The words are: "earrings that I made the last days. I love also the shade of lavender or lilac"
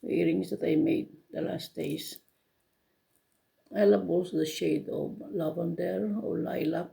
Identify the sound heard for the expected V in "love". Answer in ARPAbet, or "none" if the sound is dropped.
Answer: B